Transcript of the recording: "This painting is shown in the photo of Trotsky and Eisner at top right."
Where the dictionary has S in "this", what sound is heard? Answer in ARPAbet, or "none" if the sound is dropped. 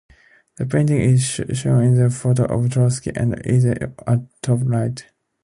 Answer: none